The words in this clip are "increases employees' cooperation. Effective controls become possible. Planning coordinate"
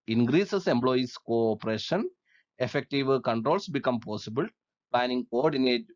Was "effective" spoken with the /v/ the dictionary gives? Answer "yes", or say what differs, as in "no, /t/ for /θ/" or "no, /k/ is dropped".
yes